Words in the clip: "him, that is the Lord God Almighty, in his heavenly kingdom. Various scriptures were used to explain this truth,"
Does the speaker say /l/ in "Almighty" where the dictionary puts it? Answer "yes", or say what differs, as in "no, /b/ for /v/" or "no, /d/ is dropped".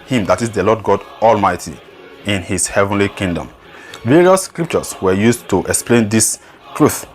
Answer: yes